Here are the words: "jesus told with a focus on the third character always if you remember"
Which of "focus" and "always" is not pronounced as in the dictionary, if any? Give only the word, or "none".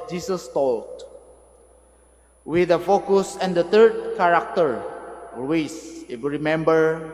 always